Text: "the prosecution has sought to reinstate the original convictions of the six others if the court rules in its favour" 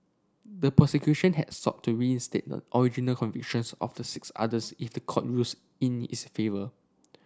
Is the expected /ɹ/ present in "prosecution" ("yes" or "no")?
no